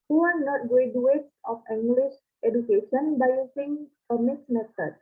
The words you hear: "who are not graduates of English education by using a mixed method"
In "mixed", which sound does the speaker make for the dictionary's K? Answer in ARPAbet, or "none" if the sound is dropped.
none